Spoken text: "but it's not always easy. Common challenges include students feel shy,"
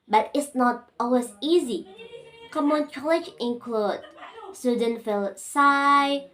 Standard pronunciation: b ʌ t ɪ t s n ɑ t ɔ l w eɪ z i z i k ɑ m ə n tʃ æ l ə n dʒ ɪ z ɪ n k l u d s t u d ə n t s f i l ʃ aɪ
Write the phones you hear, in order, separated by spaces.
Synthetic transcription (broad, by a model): b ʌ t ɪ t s n ɑ t ɔ l w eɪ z i z i k ɑ m ə n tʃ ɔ l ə dʒ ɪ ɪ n k l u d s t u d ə n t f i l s aɪ